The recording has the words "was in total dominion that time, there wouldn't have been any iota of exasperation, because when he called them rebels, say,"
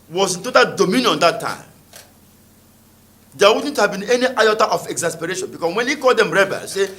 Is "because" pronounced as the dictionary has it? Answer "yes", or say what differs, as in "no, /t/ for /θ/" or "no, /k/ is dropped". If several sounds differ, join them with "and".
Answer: no, /s/ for /z/